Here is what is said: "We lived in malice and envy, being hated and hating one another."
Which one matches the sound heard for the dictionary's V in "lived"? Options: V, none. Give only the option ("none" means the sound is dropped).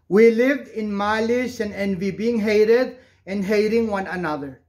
V